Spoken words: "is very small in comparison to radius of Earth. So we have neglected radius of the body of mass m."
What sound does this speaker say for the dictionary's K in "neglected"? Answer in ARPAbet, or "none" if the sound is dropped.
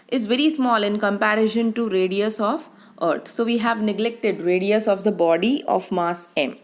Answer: K